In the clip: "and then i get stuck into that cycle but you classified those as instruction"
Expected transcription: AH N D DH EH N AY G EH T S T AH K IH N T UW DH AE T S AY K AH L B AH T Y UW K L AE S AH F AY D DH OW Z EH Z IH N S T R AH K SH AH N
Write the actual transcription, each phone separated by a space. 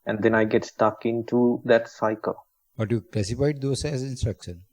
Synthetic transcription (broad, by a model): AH N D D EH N AY G EH T S T AH K IH N T UW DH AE T S AY K AH L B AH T Y UW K L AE S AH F AY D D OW S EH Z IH N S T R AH K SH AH N